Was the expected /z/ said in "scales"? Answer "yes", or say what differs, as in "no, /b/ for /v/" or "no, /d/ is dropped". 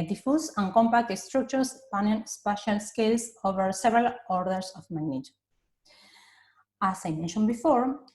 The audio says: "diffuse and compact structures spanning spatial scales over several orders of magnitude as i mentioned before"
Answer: no, /s/ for /z/